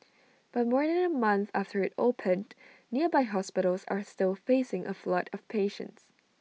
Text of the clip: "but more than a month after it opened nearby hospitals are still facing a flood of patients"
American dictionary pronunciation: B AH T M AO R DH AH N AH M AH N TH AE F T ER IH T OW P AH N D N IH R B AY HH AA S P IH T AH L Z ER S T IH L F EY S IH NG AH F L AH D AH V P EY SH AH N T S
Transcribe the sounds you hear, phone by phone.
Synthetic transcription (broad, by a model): B AH T M AO R DH AH N AH M AH N TH AE F T ER IH T OW P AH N N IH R B AY HH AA S P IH T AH L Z ER S T IH L F EY S IH NG AH F L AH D AH V P EY SH AH N T S